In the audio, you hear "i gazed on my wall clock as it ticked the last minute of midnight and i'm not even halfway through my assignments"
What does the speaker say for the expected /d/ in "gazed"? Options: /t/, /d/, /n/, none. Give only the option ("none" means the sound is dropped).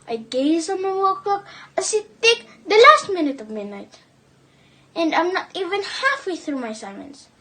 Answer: none